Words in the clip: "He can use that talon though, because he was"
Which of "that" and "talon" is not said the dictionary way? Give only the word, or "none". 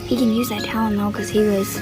talon